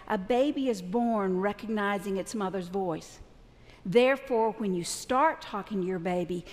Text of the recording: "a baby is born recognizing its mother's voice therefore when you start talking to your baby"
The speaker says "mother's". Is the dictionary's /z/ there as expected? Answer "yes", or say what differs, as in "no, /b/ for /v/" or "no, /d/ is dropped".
yes